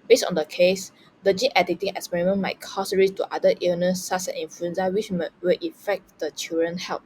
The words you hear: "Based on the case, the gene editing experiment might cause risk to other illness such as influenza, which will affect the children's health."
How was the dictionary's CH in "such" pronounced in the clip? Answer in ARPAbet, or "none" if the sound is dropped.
S